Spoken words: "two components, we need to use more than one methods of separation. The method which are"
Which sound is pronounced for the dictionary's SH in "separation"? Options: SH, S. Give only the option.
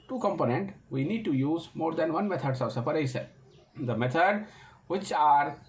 S